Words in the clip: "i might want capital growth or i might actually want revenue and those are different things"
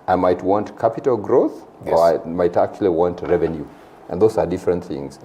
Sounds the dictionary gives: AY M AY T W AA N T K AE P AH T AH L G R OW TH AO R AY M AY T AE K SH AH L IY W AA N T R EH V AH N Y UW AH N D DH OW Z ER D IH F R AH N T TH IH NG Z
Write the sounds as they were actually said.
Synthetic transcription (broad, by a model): AY M AY T W AA N T K AE P AH T AH L G R OW TH AO R AY M AY T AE K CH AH L IY W AA N T R EH V AH N Y UW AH N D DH OW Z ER D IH F R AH N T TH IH NG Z